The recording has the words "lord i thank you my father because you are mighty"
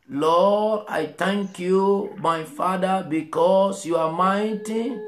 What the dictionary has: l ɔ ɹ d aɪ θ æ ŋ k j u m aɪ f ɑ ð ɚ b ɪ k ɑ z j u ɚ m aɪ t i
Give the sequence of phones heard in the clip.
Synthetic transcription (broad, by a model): l ɔ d aɪ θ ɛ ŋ k j u m aɪ f ɑ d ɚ b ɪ k ɑ s j u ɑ m aɪ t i